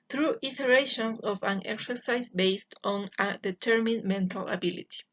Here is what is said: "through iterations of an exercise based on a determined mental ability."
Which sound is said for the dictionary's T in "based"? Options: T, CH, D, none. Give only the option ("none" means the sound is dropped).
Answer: T